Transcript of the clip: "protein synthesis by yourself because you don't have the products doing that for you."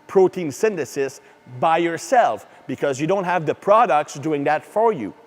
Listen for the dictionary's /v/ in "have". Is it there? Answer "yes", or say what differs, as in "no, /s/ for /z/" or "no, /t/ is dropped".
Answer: yes